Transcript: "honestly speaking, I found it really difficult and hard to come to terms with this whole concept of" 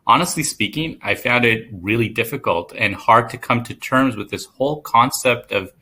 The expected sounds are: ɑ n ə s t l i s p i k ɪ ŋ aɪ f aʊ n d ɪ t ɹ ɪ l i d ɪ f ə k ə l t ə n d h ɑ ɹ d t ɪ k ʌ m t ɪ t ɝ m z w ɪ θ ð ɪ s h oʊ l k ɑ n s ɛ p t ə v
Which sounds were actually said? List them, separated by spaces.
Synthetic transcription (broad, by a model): ɑ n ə s t l i s p i k ɪ ŋ aɪ f aʊ n d ɪ t ɹ ɪ l i d ɪ f ə k ə l t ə n h ɑ ɹ d t ɪ k ʌ m t ɪ t ɝ m z w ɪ ð ɪ s h oʊ l k ɑ n s ɛ p t ə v